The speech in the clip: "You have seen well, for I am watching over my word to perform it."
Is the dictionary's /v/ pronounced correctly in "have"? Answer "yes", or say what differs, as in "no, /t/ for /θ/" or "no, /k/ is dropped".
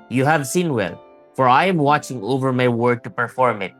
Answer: yes